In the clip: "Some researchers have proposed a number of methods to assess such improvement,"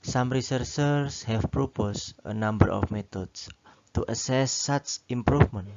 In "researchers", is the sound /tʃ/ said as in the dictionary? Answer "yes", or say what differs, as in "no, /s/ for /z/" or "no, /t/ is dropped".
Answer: no, /s/ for /tʃ/